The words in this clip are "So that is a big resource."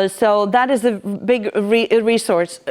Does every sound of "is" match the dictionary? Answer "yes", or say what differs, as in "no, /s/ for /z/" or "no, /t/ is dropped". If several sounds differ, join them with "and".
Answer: yes